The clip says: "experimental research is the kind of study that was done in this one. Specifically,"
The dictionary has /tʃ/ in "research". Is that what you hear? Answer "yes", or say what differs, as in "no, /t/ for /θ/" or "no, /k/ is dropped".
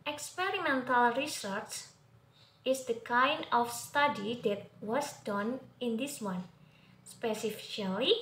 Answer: no, /s/ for /tʃ/